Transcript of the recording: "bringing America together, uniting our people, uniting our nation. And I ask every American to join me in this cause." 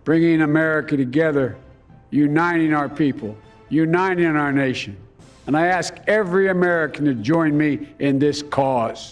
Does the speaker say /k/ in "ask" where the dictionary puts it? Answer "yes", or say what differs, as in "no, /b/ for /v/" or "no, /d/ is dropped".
yes